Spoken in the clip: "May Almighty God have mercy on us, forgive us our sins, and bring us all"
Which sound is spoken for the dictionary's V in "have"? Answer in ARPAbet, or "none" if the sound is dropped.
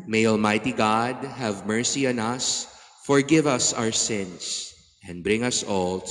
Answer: V